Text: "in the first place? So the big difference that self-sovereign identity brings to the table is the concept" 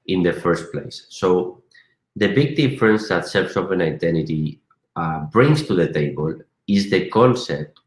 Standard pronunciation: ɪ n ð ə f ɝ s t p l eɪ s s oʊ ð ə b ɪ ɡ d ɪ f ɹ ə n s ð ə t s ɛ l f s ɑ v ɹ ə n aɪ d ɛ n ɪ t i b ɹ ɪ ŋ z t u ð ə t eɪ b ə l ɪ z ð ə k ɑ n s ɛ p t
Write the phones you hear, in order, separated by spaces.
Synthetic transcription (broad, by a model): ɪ n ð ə f ɝ s t p l eɪ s s oʊ ð ə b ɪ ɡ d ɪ f ɹ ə n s ð ə t s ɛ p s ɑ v ə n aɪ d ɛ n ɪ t i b ɹ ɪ ŋ s t u ð ə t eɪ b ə l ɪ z ð ə k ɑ n s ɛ p t